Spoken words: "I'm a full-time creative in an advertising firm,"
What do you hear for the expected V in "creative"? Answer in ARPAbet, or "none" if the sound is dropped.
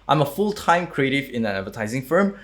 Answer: V